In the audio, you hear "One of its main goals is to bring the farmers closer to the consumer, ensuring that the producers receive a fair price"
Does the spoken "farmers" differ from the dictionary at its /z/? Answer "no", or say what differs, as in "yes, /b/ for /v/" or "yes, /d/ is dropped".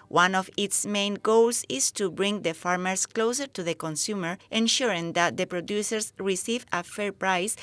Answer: yes, /s/ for /z/